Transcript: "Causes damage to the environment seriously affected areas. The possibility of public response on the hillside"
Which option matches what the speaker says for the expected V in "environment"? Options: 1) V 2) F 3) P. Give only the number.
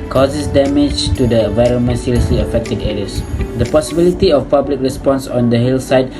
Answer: 1